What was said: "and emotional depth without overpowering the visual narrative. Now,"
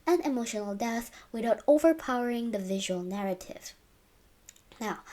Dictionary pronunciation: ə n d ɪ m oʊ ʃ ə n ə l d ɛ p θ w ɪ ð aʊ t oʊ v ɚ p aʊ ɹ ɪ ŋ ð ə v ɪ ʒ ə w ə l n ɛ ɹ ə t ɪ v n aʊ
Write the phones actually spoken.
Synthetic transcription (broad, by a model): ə n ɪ m oʊ ʃ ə n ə l d ɛ θ w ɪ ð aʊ t oʊ v ɚ p aʊ ɹ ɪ ŋ ð ə v ɪ ʒ ə w ə l n ɛ ɹ ə t ɪ v n aʊ